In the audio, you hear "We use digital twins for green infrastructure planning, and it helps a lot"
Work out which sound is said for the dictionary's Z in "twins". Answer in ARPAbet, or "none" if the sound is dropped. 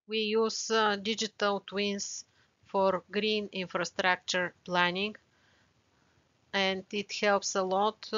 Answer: S